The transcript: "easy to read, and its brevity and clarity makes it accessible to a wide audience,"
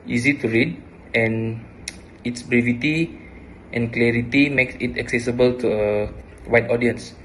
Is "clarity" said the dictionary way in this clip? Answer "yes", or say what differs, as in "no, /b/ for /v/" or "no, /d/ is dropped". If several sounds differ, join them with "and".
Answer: yes